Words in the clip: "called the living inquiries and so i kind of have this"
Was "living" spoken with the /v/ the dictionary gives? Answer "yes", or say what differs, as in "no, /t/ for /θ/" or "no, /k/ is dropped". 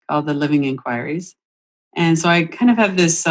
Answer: yes